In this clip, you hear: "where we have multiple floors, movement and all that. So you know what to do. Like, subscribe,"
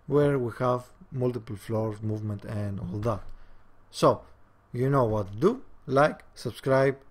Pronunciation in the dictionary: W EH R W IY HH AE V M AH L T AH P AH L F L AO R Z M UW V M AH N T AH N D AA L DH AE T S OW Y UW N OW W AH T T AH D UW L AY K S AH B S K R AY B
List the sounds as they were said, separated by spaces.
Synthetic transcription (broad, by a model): W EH R W IY HH AE V M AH L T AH P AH L F L AO R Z M UW V M AH N T AH N D AA L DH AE T S OW Y UW N OW W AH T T D UW L AY K S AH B S K R AY B